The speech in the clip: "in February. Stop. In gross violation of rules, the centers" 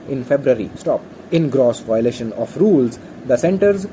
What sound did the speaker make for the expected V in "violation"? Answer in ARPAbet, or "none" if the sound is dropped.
V